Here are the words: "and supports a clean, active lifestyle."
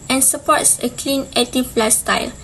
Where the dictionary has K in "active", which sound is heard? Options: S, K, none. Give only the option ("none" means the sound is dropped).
none